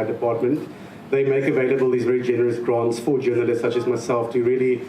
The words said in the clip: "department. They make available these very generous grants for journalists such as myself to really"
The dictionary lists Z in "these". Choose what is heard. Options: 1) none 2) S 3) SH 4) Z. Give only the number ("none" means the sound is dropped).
4